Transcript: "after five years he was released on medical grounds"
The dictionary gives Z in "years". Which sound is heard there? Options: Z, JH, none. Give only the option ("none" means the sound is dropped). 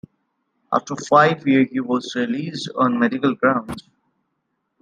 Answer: none